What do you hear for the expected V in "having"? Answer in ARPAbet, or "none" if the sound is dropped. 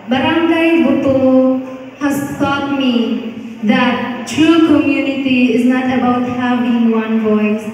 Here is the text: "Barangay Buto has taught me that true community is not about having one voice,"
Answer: B